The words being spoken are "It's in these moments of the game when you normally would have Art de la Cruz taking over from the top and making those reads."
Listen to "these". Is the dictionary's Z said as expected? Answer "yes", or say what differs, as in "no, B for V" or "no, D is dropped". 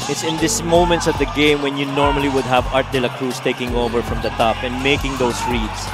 no, S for Z